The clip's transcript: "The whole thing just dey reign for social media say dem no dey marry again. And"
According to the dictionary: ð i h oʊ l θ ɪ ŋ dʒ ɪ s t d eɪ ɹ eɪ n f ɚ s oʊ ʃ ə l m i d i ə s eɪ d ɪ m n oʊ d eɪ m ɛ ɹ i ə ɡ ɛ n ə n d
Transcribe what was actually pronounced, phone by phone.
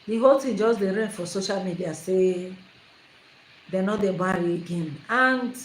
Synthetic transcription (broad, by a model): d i h oʊ l t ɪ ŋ dʒ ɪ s d eɪ ɹ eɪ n f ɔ s oʊ ʃ ə l m i d i ə s eɪ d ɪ n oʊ d eɪ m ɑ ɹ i ə ɡ ɛ n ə n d